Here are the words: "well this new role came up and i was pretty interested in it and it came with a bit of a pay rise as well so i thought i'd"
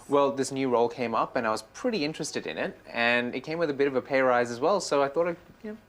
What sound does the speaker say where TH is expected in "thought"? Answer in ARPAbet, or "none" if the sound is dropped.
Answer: TH